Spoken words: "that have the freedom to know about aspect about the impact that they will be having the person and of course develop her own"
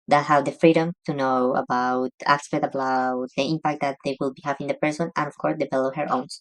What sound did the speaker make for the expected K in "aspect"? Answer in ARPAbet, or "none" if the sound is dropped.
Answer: none